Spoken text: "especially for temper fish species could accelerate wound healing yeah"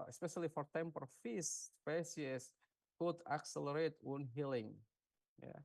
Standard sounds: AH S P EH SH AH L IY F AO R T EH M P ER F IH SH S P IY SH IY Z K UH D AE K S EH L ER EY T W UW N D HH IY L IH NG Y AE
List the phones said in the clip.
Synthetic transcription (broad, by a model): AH S P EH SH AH L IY F AO R T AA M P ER F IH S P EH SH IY S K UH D AE K S EH L ER EY T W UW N HH IY L IH NG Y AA